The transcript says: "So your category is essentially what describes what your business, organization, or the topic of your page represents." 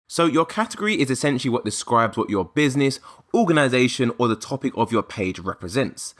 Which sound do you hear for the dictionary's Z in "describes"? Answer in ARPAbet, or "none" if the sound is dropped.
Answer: Z